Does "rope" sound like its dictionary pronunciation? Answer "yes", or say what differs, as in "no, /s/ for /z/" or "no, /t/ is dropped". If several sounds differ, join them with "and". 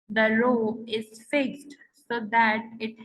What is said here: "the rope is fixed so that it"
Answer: no, /p/ is dropped